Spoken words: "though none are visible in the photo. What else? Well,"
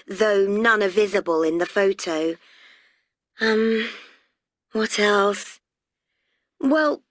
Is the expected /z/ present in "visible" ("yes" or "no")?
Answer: yes